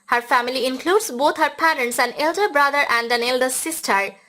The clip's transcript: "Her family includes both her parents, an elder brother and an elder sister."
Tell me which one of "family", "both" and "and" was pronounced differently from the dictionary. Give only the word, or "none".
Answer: both